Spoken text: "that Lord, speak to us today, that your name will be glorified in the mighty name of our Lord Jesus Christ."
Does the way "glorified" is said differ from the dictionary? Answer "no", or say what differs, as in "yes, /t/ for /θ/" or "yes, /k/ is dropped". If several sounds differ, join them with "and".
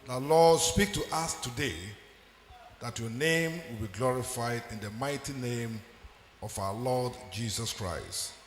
no